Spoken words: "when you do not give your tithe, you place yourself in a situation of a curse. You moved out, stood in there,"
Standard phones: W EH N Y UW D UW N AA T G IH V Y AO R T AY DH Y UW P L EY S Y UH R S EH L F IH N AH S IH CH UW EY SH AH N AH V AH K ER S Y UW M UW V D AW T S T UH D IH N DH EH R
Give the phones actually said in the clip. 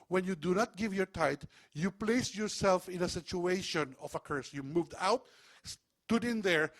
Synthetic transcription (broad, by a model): W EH N Y UW D UW N AA T G IH V Y AO R T AY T Y UW P L EY S Y UH R S EH L F IH N AH S IH CH UW EY SH AH N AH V AH K ER S Y UW M UW V D AW T S T UH D IH N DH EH R